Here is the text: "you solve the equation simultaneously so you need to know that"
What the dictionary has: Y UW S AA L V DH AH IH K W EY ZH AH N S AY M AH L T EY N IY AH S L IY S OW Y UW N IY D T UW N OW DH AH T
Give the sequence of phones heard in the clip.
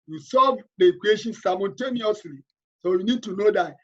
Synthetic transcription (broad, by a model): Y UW S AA V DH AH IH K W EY SH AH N S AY M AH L T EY N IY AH S L IY S OW Y UW N IY D T UW N OW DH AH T